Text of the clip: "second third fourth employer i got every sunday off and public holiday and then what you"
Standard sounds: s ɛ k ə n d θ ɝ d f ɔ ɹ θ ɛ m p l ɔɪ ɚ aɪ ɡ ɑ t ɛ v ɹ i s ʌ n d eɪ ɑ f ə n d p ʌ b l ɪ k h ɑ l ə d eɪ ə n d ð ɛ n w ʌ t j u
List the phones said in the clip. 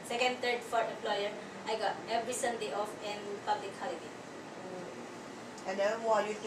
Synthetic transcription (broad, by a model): s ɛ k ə n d t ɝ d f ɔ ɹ t ɛ m p l ɔɪ ɚ aɪ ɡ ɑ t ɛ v ɹ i s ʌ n d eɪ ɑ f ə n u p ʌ b l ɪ k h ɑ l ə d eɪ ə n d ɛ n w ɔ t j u